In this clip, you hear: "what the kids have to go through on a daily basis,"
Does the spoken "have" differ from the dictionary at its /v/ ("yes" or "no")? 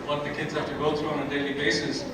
yes